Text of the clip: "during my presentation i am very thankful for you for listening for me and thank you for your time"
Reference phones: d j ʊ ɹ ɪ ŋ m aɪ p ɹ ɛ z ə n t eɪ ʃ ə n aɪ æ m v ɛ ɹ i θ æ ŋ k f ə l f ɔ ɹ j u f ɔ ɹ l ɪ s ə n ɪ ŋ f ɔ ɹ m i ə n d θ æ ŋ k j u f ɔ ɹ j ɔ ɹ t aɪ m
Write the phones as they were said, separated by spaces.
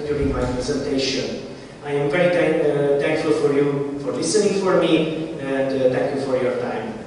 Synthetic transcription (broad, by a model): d j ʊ ɹ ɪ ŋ m aɪ p ɹ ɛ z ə n t eɪ ʃ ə n aɪ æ m v ɛ ɹ i t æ ŋ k f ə l f ɔ ɹ j u f ɔ ɹ l ɪ s ə n ɪ ŋ f ɔ ɹ m i ə n d t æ ŋ k j u f ɔ ɹ j ɔ ɹ t aɪ m